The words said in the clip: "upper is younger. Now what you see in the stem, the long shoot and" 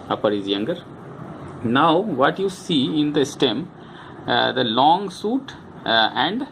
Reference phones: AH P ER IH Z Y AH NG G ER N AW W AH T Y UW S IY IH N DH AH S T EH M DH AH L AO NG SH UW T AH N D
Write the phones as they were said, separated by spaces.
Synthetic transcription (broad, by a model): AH P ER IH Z Y AH NG G ER N AW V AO T Y UW S IY IH N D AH S T EH M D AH L AO NG S UW T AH N D